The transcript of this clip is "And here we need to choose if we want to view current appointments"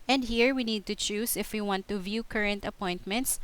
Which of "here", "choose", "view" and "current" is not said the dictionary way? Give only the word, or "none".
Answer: choose